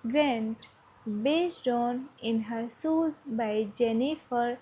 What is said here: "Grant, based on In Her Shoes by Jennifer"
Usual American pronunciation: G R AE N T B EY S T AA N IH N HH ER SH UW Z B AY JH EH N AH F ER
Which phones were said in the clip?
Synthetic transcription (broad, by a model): G R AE N T B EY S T AA N IH N HH ER S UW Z B AY JH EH N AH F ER